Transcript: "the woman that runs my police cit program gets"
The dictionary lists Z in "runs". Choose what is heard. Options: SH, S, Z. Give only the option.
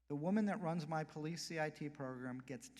Z